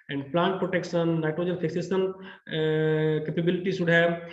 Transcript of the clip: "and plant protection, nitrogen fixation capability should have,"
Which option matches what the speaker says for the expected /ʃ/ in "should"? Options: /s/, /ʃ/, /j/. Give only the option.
/s/